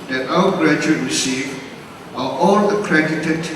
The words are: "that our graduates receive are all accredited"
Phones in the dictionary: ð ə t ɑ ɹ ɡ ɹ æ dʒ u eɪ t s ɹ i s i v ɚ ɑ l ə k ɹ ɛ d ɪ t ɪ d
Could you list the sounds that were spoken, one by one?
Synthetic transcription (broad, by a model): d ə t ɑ w ɡ ɹ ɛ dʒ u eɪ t ɹ i s i v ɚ ɑ l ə k ɹ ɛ d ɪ t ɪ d